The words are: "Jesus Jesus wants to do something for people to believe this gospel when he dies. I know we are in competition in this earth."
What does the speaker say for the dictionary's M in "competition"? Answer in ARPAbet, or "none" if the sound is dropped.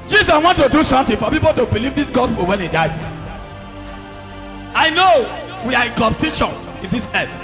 none